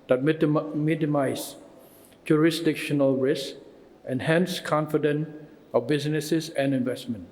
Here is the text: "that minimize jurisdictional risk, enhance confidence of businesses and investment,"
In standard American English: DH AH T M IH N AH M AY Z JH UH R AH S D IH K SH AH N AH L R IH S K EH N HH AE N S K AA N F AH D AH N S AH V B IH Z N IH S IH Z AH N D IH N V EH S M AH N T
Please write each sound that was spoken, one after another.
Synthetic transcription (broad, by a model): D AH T M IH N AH M AY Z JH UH R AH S D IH K SH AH N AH L R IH S EH N HH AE N S K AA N F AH D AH N AH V B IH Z N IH S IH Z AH N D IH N V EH S M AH N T